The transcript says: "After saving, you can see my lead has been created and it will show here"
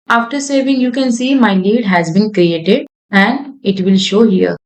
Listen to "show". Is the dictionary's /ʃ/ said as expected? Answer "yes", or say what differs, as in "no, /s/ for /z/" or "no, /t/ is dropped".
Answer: yes